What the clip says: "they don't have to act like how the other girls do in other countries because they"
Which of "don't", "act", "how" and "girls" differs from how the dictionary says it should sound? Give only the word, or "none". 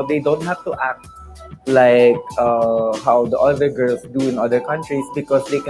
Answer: girls